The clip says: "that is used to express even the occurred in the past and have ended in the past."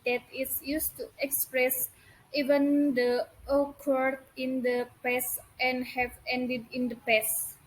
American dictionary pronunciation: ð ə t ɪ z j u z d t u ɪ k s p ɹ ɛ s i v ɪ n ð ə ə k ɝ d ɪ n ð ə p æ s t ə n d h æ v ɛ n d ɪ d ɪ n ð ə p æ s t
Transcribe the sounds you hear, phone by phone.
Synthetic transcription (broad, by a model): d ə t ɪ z j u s t u ɪ k s p ɹ ɛ s i v ɪ n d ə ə k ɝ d ɪ n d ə p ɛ s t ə n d h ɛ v ɛ n d ɪ d ɪ n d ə p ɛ s